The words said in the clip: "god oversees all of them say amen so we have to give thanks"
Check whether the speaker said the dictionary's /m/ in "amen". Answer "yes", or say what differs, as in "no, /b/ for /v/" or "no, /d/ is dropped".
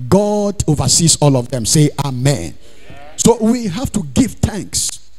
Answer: yes